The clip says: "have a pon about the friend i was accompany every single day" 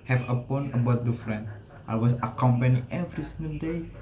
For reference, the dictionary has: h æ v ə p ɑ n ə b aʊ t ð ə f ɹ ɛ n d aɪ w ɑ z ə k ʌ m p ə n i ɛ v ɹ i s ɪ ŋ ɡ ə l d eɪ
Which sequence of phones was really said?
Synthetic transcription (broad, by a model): h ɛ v ə p ɑ n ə b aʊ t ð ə f ɹ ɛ n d aɪ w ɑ s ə k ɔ m p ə n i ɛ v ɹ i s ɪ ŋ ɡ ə n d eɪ